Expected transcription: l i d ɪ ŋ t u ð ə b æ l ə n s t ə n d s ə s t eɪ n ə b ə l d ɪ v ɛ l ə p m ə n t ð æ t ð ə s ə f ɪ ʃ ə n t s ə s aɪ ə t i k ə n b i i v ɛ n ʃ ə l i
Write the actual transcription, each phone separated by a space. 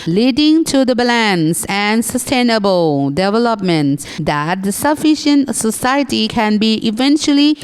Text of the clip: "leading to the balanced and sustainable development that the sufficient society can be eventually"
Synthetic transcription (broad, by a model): l i d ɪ ŋ t u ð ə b l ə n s ə n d s ə s t eɪ n ə b ə l d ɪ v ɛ l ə p m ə n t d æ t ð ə s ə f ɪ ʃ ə n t s ə s aɪ ə t i k ə n b i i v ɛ n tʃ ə l i